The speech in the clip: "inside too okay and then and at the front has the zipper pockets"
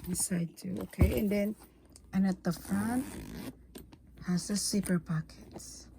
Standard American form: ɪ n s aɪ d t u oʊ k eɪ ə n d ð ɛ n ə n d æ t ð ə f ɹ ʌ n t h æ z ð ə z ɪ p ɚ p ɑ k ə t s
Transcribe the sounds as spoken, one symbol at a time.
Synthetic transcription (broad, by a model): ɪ s aɪ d t u oʊ k eɪ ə n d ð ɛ n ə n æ t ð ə f ɹ ʌ n t h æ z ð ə s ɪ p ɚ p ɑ k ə t s